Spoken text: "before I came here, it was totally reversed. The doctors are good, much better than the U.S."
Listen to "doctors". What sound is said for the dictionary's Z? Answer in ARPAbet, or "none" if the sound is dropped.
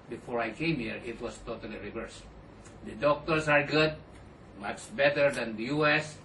S